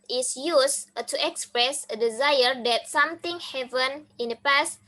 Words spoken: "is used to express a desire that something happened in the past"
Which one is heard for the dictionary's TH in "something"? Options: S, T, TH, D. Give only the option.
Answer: T